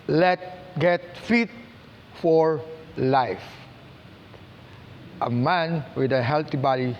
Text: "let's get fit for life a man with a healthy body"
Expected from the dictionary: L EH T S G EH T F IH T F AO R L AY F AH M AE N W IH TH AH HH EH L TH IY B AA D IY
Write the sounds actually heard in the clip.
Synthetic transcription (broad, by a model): L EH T G EH T F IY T F AO R L AY F AH M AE N W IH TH AH HH EH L T IY B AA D IY